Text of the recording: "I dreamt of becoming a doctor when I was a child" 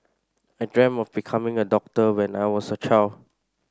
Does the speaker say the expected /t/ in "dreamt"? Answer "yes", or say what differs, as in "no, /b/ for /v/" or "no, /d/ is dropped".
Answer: no, /t/ is dropped